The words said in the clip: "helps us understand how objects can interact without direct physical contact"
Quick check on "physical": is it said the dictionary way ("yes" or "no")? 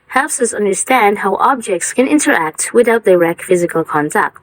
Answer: yes